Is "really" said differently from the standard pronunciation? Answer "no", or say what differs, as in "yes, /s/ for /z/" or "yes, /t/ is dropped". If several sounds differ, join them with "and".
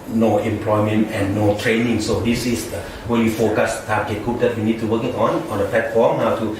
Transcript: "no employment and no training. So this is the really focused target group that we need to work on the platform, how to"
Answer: yes, /w/ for /ɹ/